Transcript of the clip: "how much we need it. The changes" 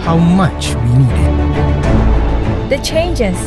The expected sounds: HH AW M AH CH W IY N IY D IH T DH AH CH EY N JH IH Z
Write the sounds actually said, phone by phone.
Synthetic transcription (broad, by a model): HH AW M AH CH W IY N IY D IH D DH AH CH EY N JH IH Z